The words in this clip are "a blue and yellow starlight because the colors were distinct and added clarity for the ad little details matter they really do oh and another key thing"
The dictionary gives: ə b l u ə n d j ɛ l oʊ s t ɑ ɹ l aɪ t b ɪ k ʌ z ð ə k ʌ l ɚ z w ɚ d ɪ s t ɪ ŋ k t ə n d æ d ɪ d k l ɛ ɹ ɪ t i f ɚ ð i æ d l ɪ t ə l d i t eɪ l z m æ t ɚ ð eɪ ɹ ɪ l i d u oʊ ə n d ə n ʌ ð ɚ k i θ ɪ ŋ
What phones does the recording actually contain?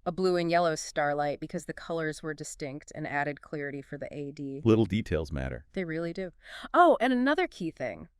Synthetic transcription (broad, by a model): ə b l u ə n j ɛ l oʊ s t ɑ ɹ l aɪ t b ɪ k ʌ z ð ə k ʌ l ɚ z w ɚ d ɪ s t ɪ ŋ k t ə n æ d ɪ d k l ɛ ɹ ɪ t i f ɚ ð i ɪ d l ɪ t l d i t eɪ l z m æ t ɚ ð eɪ ɹ ɪ l i d u oʊ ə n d ə n ʌ ð ɚ k i θ ɪ ŋ